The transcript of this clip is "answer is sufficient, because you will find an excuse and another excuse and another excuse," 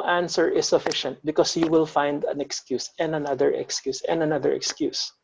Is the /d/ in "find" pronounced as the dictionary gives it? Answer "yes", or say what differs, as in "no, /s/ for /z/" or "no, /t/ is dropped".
yes